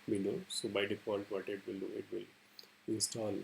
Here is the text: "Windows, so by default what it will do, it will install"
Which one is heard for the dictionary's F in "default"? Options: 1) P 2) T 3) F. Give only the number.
1